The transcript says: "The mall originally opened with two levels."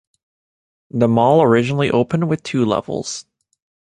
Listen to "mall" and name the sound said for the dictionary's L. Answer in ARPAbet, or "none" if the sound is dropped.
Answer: L